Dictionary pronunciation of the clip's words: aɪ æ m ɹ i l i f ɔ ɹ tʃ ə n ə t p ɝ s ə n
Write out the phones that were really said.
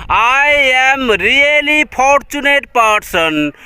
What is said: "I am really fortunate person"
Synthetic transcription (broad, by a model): aɪ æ m ɹ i l i p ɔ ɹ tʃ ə n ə t p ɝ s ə n